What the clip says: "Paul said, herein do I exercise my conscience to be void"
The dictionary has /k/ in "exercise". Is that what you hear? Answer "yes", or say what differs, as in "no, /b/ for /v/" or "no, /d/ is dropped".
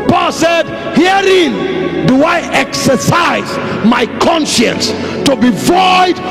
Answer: yes